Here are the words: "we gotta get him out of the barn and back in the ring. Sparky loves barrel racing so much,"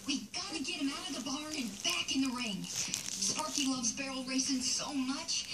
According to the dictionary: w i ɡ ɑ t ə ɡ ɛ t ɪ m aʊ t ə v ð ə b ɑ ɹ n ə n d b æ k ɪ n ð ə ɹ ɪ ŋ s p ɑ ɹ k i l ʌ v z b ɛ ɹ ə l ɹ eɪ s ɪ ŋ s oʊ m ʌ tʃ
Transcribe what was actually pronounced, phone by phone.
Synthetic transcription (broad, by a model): w i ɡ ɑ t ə ɡ ɛ t ɪ m aʊ t ə v ð ə b ɑ ɹ ə n b æ k ɪ n ð ə ɹ ɪ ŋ s p ɑ ɹ k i l ʌ v z b ɛ ɹ l ɹ eɪ s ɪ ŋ s oʊ m ʌ tʃ